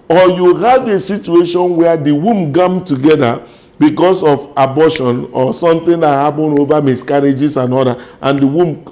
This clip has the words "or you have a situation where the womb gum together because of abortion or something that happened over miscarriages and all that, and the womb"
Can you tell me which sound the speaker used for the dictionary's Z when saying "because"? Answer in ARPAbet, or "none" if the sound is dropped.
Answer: S